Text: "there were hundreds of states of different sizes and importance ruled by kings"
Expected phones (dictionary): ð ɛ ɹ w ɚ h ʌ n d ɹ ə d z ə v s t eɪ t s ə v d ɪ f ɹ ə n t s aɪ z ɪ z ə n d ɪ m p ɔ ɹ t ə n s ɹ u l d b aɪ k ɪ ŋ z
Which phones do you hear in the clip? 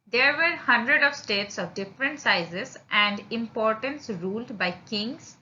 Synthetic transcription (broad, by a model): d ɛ ɹ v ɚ h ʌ n d ɹ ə d ə v s t eɪ t s ə v d ɪ f ɹ ə n t s aɪ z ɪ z ə n d ɪ m p ɔ ɹ t ə n s ɹ u l d b aɪ k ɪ ŋ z